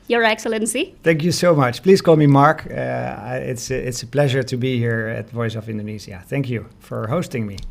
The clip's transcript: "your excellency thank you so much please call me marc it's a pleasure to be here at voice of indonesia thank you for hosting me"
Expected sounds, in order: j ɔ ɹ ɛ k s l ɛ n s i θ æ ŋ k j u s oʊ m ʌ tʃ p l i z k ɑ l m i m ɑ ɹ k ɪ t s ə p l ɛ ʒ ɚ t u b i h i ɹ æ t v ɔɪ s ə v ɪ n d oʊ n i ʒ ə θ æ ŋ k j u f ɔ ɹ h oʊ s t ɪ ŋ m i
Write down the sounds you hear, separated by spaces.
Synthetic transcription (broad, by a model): j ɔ ɹ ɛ k s l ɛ n s i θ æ ŋ k j u s oʊ m ʌ tʃ p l i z k ɑ l m i m ɑ ɹ k ɪ t s ə p l ɛ ʒ ɚ t u b i h i ɹ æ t v ɔɪ s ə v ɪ n d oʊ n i z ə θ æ ŋ k j u f ɔ ɹ h oʊ s t ɪ ŋ m i